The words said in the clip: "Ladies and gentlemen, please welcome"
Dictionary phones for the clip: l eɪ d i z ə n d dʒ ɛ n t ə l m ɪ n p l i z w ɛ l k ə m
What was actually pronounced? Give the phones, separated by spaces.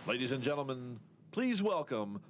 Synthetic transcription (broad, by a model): l eɪ d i z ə n dʒ ɛ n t l m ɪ n p l i z w ɛ l k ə m